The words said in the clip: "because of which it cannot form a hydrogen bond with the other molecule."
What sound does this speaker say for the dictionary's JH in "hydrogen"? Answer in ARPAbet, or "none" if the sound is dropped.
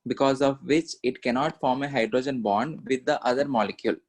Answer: JH